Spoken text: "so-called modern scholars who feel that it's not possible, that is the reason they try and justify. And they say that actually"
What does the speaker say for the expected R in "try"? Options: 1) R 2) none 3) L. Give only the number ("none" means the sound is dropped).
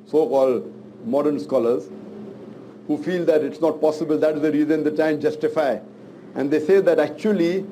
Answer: 2